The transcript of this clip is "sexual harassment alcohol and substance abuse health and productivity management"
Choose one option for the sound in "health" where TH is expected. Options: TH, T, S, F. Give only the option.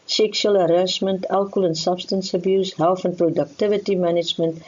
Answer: F